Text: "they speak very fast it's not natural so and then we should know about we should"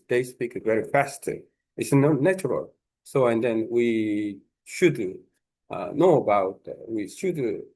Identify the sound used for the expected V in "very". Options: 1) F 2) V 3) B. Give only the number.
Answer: 2